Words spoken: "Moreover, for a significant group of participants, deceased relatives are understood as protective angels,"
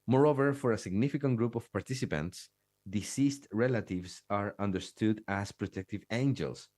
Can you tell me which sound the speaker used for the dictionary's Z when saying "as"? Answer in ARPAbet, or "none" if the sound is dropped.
S